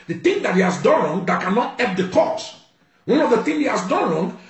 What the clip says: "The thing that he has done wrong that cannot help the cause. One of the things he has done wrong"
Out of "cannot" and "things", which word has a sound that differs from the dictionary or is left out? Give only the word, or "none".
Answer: things